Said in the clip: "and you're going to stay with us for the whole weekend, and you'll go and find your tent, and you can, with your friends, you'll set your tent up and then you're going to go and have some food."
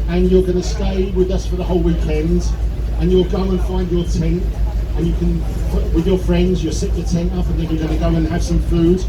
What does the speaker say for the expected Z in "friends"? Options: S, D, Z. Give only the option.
Z